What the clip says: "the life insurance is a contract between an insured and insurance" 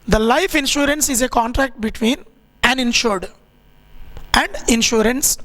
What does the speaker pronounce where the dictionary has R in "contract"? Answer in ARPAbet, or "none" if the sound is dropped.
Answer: R